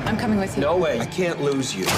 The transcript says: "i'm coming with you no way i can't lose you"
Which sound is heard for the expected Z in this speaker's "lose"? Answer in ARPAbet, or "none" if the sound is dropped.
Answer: Z